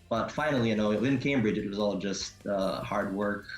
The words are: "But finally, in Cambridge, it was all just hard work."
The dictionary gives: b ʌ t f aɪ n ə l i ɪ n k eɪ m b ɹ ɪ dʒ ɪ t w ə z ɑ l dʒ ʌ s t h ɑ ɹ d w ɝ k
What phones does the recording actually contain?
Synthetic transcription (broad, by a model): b ʌ t f aɪ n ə w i ɪ n k eɪ m b ɹ ɪ dʒ ɪ t w ə z ɑ l dʒ ʌ s t h ɑ ɹ d w ɝ k